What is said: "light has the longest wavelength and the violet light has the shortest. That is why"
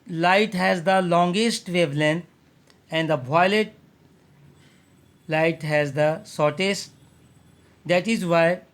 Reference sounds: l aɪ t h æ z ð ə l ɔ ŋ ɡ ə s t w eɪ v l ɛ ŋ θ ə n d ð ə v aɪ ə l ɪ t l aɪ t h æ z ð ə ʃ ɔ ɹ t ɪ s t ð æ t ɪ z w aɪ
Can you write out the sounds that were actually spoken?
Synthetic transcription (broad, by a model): l aɪ t h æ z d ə l ɔ ŋ ɡ ə s t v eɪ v l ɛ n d ə n d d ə b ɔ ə l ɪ t l aɪ t h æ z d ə s ɔ ɹ t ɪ s t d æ t ɪ z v aɪ